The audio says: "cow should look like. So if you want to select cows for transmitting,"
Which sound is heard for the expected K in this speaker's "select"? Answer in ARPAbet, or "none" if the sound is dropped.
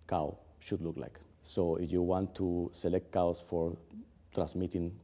K